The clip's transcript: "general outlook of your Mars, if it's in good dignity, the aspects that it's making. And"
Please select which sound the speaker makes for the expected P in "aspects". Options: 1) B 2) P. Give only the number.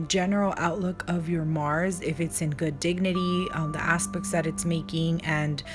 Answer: 2